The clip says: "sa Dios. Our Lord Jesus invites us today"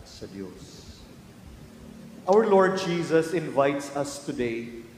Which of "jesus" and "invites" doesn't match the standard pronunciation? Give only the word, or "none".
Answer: none